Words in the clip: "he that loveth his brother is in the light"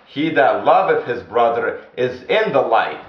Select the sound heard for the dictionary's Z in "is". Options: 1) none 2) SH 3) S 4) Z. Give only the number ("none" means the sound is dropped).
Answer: 4